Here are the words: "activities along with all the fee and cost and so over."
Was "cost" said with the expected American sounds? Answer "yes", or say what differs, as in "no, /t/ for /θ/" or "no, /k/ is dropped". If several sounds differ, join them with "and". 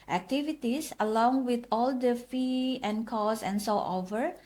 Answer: no, /t/ is dropped